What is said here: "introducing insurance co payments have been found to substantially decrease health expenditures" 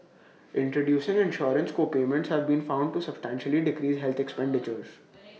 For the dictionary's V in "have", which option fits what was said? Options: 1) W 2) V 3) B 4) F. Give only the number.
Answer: 2